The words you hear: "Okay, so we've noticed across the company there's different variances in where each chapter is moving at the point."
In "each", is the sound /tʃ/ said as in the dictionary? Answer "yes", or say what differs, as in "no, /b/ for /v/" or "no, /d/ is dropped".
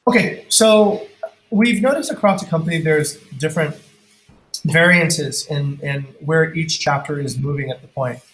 yes